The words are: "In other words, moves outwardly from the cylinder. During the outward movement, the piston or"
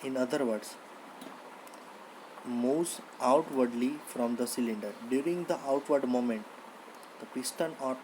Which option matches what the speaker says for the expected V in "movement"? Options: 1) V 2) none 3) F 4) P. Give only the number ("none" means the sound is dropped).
2